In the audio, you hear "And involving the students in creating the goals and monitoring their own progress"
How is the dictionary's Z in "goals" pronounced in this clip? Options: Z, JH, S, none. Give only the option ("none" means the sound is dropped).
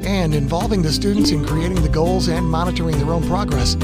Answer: Z